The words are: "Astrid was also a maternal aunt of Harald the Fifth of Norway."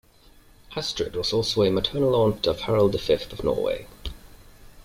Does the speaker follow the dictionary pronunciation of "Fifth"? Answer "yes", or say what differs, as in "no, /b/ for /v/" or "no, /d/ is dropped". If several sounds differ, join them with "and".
yes